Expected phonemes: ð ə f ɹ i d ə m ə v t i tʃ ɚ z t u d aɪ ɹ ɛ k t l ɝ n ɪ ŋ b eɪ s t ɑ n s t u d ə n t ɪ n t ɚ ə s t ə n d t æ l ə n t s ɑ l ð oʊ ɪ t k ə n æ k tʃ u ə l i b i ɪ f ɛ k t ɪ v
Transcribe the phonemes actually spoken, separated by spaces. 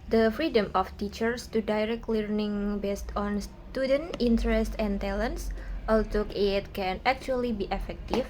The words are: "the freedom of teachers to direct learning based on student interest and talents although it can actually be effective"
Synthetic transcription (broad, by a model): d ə f ɹ i d ə m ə f t i tʃ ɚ s t u d aɪ ɹ ɛ k t l ɝ n ɪ ŋ b eɪ s t ɑ n s t u d ə n t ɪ n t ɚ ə s t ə n t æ l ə n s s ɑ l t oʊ ɪ t k ə n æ k tʃ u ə l i b i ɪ f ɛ k t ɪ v